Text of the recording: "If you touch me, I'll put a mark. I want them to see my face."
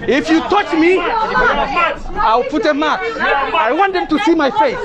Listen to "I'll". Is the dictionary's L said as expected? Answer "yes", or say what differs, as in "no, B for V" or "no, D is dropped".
no, W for L